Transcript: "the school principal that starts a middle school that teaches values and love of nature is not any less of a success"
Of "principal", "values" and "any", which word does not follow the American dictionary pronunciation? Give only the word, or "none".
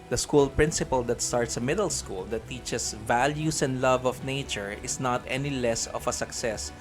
values